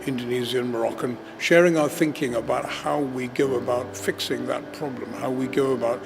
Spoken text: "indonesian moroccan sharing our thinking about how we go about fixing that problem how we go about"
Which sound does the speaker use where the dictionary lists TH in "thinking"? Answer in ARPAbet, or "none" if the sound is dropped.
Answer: TH